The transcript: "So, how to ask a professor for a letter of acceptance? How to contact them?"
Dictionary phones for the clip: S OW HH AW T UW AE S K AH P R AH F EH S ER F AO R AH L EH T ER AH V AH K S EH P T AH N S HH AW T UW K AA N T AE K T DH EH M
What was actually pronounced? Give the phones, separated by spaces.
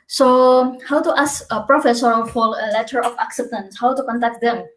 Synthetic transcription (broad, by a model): S OW HH AW T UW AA S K AH P R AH F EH S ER F AO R AH L EH T ER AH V AH K S EH P T AH N S HH AW T UW K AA N T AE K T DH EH M